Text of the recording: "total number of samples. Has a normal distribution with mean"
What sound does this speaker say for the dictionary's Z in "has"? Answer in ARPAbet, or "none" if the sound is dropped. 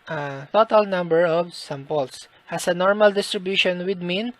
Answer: S